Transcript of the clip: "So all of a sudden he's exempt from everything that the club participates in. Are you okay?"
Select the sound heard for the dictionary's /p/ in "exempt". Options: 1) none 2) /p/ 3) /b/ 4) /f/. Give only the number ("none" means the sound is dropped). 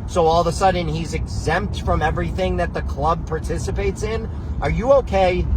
2